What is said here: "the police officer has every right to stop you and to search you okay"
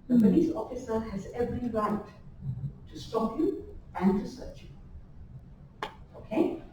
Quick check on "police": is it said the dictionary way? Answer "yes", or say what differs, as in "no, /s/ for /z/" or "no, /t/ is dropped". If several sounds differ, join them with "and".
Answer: no, /b/ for /p/